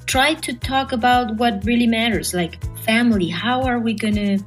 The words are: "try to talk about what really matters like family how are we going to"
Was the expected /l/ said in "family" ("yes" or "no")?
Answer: yes